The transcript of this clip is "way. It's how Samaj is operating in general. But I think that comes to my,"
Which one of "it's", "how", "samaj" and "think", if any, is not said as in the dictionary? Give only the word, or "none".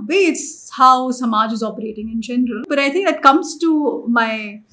think